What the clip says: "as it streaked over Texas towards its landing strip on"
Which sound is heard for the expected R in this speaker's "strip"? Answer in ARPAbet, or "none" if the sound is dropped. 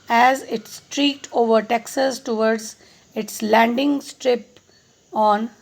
R